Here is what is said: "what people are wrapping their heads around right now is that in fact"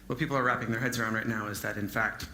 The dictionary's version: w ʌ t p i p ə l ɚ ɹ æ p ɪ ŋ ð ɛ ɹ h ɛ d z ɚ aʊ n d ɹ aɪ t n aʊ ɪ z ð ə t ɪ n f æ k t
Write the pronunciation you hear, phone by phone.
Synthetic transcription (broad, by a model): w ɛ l p i p l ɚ ɹ æ p ɪ ŋ ð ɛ ɹ h ɛ d z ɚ aʊ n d ɹ aɪ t n aʊ ɪ z ð ə t ɪ n f æ k t